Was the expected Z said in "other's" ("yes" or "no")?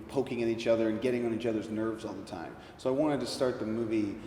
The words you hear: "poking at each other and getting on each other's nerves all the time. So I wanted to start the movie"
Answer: yes